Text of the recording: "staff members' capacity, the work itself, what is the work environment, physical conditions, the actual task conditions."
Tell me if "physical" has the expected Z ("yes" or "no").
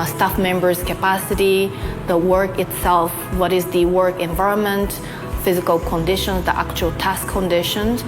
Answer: yes